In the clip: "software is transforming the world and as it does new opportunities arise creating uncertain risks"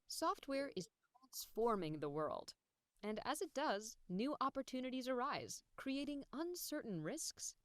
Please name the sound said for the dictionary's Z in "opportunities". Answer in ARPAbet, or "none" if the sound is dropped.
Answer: Z